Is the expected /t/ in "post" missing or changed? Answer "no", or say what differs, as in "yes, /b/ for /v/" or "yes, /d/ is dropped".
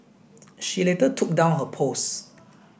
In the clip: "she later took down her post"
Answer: yes, /t/ is dropped